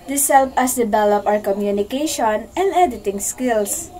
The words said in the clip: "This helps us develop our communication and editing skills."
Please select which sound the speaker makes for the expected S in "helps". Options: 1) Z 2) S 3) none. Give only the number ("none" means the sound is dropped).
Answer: 3